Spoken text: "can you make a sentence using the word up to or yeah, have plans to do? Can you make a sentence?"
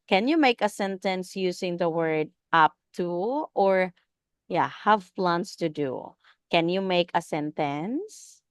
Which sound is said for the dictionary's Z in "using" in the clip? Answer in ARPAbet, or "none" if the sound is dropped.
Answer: S